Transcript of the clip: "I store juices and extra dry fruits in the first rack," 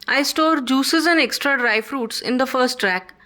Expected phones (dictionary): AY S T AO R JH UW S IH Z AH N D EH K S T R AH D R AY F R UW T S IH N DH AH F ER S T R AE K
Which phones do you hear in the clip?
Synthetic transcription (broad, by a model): AY S T AO R JH UW S IH Z AH N D EH K S T R AH D R AY F R UW T S IH N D AH F ER S T R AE K